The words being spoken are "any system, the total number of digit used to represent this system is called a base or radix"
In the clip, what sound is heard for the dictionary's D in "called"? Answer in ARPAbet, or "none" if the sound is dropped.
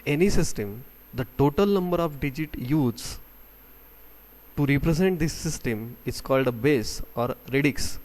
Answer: D